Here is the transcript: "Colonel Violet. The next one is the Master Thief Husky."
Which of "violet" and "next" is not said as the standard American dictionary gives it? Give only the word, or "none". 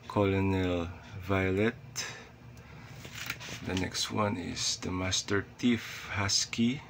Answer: none